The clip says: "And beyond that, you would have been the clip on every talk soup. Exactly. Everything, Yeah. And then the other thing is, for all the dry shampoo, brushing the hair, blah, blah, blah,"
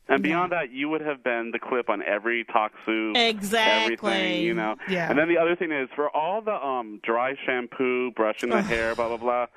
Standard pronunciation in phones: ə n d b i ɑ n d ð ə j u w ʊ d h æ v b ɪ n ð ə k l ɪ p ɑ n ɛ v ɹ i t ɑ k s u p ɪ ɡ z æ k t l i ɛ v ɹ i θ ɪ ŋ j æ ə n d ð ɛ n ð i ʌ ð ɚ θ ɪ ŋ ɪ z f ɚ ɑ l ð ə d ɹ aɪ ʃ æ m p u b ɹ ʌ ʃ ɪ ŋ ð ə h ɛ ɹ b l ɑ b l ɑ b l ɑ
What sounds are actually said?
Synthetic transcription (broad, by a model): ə n b i ɑ n ð ə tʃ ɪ w ʊ d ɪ v b ɪ n ð ə k l ɪ p n ɛ v ɹ i t ɑ k s u ɪ ɡ z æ ɛ v ɹ i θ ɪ ŋ j æ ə n ð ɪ n ð i ʌ ð ɚ θ ɪ ŋ ɪ z f ɚ ɑ l ð ə d ɹ aɪ ʃ æ m p u b ɹ ʌ ʃ ɪ ŋ ð ə h ɛ ɹ b l ɑ b l ɑ b l ɑ